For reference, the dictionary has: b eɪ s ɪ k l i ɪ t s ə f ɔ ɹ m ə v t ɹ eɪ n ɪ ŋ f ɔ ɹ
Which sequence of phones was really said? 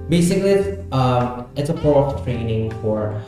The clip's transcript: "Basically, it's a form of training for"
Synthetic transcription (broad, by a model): b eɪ s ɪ k l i ɪ t s ə p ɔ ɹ ə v t ɹ eɪ n ɪ ŋ f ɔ ɹ